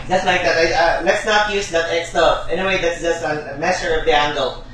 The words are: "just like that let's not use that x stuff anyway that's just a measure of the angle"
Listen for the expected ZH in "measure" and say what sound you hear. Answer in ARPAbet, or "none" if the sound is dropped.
S